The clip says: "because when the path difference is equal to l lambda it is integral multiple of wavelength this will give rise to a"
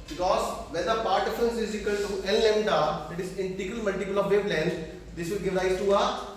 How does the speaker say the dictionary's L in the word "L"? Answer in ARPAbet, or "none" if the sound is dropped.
N